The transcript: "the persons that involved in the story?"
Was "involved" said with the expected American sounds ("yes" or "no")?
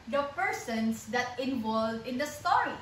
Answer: no